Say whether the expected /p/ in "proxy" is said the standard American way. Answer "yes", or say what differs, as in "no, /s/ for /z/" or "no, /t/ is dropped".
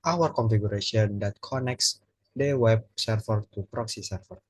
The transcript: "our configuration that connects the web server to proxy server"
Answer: yes